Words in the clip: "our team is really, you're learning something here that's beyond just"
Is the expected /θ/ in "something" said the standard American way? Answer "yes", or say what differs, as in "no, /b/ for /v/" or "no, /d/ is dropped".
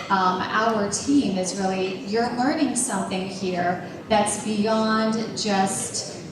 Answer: yes